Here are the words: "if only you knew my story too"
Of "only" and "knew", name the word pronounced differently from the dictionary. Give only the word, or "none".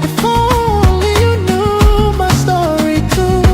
only